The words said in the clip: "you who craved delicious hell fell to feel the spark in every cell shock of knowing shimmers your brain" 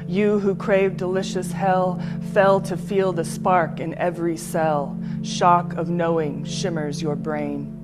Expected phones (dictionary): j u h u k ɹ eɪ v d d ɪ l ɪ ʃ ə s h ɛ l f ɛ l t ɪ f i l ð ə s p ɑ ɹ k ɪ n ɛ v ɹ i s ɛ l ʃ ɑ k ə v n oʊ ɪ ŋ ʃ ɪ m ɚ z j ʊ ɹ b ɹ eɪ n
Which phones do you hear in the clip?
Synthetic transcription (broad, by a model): j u h u k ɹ eɪ v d d ɪ l ɪ ʃ ə s h ɛ l f ɛ l t ɪ f i l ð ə s p ɑ ɹ k ɪ n ɛ v ɹ i s ɛ l ʃ ɑ k ə v n oʊ ɪ ŋ ʃ ɪ m ɚ z j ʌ ɹ b ɹ eɪ n